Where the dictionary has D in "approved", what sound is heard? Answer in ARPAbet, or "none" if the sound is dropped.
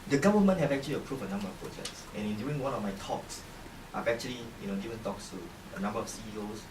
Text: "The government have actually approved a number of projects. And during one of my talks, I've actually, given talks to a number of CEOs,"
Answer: none